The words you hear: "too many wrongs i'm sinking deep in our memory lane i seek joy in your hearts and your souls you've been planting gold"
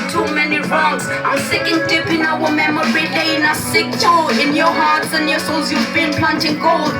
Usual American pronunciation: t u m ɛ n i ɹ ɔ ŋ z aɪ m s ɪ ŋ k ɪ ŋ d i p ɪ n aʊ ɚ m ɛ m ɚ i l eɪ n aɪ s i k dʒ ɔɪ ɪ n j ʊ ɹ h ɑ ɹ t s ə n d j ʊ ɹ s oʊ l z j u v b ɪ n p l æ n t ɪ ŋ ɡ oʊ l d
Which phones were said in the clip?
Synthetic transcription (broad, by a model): t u m ɛ n i ɹ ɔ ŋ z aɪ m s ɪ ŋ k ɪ ŋ d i p ɪ n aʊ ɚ m ɛ m ɚ i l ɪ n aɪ s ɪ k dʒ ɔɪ ɪ n j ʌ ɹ h ɑ ɹ t s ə n j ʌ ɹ s oʊ l z j u v b ɪ n p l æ n t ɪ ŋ ɡ oʊ l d